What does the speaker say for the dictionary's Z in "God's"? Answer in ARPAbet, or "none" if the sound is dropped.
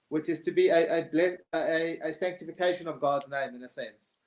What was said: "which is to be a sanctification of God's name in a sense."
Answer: Z